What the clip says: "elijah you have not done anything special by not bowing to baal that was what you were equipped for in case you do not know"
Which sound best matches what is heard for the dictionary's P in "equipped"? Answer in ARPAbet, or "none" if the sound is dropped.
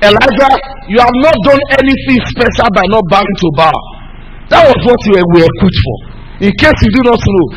none